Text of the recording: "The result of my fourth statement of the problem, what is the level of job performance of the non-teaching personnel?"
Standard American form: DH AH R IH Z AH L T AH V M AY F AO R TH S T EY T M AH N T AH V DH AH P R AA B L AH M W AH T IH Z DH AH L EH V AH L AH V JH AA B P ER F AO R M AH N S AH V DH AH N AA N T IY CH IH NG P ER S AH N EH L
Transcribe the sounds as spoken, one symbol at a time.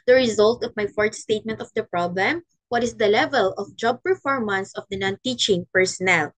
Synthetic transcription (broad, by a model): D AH R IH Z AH L T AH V M AY F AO R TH S T EY T M AH N T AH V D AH P R AA B L AH M W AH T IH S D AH L EH V AH L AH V JH AA B P ER F AO R M AH N S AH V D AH N AA N T IY CH IH NG P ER S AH N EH L